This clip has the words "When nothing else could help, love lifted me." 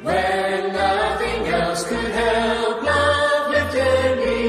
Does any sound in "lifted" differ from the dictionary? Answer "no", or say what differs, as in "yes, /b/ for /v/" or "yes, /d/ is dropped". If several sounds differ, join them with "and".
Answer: yes, /f/ is dropped